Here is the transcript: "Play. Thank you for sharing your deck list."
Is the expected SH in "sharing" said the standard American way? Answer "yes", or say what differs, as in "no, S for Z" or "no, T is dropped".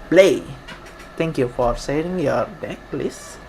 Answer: no, S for SH